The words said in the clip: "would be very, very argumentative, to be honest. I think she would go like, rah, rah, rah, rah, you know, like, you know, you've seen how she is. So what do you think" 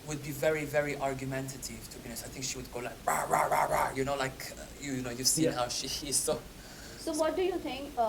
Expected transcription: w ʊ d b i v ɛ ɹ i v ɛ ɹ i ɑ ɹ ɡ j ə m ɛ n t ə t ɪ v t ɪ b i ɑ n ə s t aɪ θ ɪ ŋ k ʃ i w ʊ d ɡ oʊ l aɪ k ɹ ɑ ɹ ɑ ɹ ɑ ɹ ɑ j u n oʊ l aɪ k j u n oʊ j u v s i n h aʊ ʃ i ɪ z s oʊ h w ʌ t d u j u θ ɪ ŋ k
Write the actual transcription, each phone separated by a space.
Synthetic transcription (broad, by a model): w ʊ d b i v ɛ ɹ i v ɛ ɹ i ɑ ɹ ɡ j ə m ɛ n t ə t ɪ v t ɪ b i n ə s aɪ θ ɪ ŋ k ʃ i w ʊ d ɡ oʊ l aɪ k ɹ ɑ ɹ ɑ ɹ ɑ ɹ ɑ j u n oʊ l aɪ k j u n oʊ j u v s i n h aʊ ʃ i ɪ z s oʊ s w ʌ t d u j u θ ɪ ŋ k